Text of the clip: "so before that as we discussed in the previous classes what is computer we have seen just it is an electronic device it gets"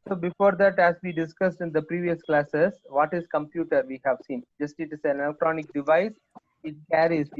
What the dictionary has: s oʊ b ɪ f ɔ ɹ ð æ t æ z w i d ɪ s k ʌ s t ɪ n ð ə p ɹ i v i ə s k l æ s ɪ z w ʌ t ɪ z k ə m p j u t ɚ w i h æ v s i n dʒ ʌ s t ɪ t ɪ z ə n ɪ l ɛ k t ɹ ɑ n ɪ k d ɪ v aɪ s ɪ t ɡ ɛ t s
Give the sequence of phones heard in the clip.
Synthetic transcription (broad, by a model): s oʊ b ɪ f ɔ ɹ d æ t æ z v i d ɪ s k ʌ s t ɪ n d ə p ɹ i v i ə s k l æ s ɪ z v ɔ t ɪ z k ə m p j u t ɚ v i h æ v s i n dʒ ʌ s t ɪ t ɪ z ə n ɪ l ɛ k t ɹ ɑ n ɪ k d ɪ v aɪ s ɪ t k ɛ t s